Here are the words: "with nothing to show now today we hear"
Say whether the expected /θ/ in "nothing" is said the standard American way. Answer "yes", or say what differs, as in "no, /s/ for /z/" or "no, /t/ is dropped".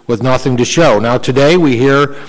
yes